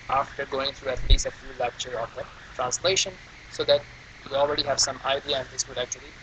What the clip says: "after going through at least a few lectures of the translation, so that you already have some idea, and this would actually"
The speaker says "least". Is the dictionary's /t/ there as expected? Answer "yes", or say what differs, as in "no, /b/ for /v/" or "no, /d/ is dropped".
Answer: no, /t/ is dropped